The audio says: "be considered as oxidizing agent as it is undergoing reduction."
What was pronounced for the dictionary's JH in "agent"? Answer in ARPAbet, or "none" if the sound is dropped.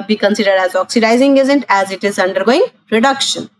Z